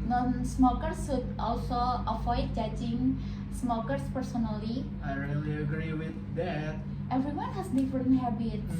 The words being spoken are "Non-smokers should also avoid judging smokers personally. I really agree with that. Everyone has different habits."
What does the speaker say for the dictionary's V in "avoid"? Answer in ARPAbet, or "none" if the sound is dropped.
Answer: F